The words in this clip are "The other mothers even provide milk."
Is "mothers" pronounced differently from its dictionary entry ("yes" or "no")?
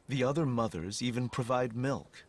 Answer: no